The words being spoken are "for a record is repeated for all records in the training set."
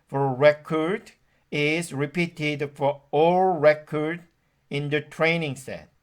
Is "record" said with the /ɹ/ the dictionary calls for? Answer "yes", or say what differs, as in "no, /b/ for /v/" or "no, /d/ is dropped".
yes